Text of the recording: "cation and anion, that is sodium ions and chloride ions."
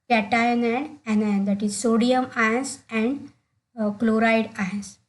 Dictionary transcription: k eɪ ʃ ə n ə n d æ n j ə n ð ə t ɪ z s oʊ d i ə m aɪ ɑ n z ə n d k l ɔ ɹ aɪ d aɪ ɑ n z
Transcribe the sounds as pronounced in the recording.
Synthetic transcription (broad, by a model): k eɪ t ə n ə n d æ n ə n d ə t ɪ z s oʊ d i ə m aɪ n s ə n d k l ɔ ɹ aɪ d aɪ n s